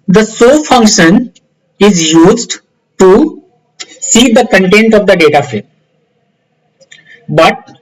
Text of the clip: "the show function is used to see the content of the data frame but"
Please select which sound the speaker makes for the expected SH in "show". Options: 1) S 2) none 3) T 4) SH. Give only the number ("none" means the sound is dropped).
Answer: 1